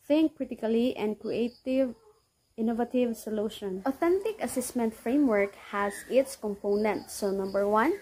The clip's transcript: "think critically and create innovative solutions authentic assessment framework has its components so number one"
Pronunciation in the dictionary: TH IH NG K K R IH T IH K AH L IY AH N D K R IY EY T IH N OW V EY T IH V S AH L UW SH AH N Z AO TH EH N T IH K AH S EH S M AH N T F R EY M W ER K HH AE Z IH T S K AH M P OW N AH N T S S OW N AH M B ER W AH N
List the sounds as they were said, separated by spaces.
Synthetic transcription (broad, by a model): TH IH NG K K R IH T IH K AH L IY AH N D K R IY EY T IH N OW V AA T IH V S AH L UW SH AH N AO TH EH N T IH K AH S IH S M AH N T F R EY M W ER K HH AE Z IH T S K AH M P OW N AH N T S S OW N AH M B ER W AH N